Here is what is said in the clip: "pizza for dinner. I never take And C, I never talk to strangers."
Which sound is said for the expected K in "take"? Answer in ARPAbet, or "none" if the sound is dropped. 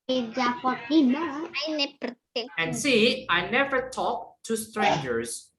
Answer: none